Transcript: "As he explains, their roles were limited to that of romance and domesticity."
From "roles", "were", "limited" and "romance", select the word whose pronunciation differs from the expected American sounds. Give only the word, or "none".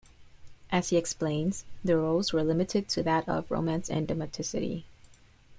none